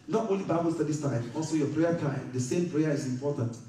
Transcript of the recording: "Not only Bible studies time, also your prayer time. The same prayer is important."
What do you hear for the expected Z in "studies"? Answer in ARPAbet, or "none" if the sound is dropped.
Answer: S